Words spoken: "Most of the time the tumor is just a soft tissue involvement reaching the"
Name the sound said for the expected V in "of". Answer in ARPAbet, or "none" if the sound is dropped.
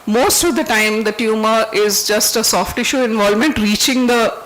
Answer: V